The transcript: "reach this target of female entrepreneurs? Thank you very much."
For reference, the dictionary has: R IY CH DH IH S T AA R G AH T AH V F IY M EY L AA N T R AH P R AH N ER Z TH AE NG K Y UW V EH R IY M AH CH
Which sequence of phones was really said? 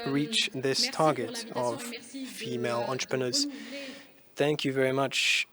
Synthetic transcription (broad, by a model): R IY CH DH IH S T AA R G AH T AH V F IY M EY L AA N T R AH P R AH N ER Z TH AE NG K Y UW V EH R IY M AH CH